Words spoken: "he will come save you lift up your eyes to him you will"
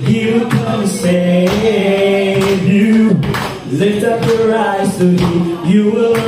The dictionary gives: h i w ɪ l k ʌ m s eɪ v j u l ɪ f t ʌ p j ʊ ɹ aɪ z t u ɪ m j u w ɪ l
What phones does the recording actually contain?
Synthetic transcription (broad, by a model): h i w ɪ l k ʌ m s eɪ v j u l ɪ t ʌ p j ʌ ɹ aɪ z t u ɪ j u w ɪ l